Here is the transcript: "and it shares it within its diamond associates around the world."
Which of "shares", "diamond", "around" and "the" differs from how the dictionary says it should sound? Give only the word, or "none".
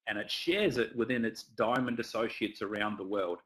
none